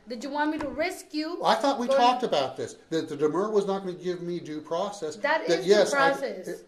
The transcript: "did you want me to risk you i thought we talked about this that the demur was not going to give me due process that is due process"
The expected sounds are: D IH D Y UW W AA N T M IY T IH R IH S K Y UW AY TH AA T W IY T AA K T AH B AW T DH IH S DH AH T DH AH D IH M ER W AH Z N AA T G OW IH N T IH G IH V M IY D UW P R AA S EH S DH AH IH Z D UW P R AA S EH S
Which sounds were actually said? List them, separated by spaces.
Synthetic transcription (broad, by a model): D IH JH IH W AA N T M IY T IH R IH S K Y UW AY TH AA T W IY T AA K T AH B AW T DH IH S DH AH T DH AH D IH M ER W AH Z N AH T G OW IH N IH G IH V M IY D UW P R AA S EH S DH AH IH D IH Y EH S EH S